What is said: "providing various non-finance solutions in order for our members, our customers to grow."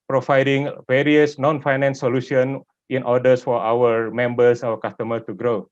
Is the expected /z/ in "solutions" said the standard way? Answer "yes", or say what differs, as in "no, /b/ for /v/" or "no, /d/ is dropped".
no, /z/ is dropped